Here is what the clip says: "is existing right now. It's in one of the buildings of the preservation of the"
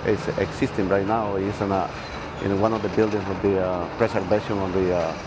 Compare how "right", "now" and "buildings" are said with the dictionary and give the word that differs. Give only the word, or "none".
buildings